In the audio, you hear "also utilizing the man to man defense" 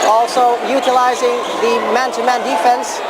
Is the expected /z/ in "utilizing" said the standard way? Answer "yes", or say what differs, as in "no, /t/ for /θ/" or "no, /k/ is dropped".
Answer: yes